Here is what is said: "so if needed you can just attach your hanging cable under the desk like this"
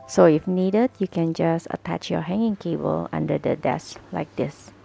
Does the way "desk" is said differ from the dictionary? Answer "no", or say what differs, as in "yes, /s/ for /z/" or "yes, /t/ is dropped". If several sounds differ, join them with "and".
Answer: no